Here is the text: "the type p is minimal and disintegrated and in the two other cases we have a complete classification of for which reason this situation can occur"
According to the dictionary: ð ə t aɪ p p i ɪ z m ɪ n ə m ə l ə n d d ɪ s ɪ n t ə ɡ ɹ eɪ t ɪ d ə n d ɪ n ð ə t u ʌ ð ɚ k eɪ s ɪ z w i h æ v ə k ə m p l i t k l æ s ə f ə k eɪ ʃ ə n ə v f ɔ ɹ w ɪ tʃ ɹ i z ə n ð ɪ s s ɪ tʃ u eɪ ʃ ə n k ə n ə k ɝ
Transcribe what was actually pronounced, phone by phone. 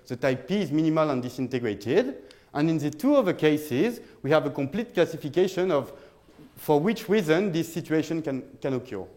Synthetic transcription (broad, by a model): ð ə t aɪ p p i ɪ z m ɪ n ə m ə l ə n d d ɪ s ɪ n t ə ɡ ɹ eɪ t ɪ d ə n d ɪ n ð ə t u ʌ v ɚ k eɪ s ɪ z w i h æ v ə k ə m p l i t k l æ s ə f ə k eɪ ʃ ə n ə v f ɔ ɹ w ɪ tʃ ɹ i z ə n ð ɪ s s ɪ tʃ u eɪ ʃ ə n k ə n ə k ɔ